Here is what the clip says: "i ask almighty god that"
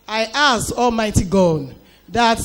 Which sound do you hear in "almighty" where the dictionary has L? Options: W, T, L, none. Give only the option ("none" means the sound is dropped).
L